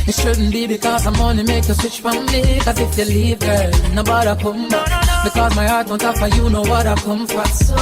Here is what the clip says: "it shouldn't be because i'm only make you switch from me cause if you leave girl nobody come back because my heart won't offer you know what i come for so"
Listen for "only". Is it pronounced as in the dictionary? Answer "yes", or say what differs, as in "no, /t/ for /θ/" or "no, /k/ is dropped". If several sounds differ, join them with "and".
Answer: no, /l/ is dropped